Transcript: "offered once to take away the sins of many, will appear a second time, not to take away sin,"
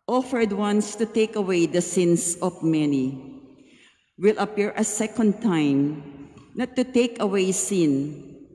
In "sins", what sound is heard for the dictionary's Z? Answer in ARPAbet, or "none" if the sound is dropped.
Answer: S